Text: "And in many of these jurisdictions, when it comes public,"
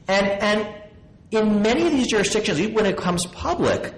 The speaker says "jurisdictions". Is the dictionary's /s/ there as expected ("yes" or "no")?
yes